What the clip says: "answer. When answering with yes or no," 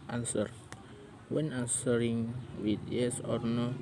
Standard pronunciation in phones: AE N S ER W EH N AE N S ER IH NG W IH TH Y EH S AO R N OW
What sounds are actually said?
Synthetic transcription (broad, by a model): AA N S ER W EH N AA N S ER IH NG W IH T Y EH S AO R N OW